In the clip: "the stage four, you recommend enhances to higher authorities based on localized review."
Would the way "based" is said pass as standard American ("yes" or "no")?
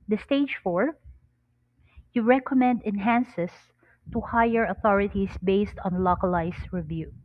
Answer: yes